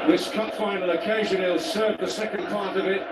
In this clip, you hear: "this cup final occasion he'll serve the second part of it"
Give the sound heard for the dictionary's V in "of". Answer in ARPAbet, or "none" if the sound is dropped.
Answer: V